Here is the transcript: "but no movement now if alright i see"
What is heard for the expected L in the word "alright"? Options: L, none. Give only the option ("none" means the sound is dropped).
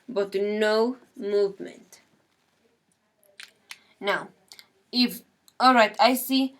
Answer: L